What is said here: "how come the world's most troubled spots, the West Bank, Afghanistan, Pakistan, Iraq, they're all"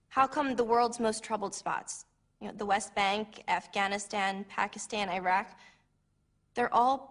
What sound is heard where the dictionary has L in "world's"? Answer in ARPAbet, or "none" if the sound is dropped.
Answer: L